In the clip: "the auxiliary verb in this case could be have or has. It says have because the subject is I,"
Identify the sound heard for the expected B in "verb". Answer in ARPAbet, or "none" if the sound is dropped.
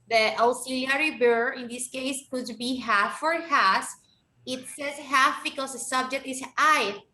none